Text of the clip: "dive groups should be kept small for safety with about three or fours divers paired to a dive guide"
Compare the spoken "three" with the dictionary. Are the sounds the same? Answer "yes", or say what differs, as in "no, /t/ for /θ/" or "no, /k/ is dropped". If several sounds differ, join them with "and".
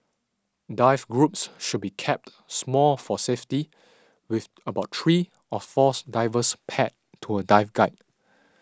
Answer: no, /t/ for /θ/